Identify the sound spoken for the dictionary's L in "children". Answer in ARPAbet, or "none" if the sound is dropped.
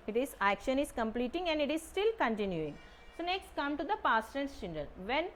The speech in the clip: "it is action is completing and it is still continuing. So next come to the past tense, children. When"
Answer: N